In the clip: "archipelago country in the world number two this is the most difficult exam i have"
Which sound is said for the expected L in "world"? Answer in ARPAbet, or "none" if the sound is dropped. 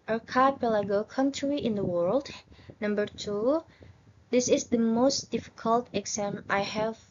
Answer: L